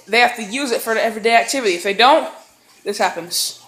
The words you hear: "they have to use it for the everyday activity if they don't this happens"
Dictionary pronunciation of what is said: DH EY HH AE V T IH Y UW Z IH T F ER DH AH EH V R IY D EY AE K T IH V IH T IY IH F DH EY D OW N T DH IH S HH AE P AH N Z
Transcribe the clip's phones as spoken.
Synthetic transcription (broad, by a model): DH EY HH AE F T IH Y UW Z IH T F ER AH EH V R IY D EY AE K T IH V IH T IY IH F DH EY D OW N T DH IH S HH AE P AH N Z